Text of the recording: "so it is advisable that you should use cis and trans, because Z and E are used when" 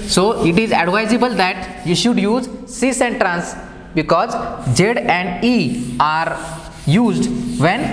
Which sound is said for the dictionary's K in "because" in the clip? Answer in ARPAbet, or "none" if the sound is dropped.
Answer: K